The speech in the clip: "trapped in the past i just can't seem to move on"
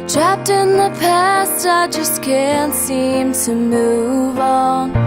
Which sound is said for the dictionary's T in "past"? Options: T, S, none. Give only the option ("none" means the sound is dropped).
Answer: T